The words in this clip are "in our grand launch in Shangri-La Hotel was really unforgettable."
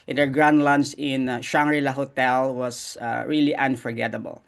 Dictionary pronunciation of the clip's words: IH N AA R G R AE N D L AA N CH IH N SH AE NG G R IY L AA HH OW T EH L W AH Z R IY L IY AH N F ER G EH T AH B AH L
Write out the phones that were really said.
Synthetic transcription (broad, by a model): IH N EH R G R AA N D L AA N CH IH N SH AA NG R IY L AA HH OW T EH L W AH S R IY L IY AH N F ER G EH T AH B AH L